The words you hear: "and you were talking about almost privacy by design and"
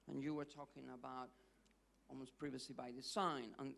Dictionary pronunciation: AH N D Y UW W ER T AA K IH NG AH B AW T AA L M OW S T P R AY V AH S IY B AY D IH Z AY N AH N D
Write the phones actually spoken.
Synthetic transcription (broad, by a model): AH N Y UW W ER T AA K IH NG AH B AW T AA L M OW S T P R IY V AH S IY B AY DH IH S AY N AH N